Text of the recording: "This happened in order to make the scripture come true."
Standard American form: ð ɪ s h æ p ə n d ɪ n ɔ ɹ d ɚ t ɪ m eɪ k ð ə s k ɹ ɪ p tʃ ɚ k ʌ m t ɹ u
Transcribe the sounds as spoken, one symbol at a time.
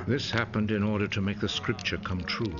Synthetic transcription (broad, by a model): ð ɪ s h æ p ə n d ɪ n ɔ ɹ d ɚ t ɪ m eɪ k ð ə s k ɹ ɪ p tʃ ɚ k ʌ m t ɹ u